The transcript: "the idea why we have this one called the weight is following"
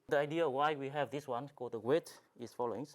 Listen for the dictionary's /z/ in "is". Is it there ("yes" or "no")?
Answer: no